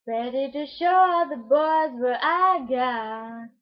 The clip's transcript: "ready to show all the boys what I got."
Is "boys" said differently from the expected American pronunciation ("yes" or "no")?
no